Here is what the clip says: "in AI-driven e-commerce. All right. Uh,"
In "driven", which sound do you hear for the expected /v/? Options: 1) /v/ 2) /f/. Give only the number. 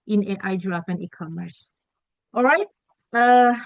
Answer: 2